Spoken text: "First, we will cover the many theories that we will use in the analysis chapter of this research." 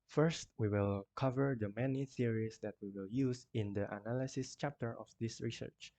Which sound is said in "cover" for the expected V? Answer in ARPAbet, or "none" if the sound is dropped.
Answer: V